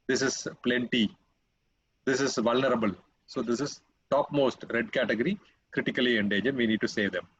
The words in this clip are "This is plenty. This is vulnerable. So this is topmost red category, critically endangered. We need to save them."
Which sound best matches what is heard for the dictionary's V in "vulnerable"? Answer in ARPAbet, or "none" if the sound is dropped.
V